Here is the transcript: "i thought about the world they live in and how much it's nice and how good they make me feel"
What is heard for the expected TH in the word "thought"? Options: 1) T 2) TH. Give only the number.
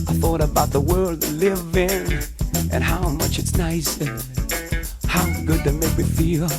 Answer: 2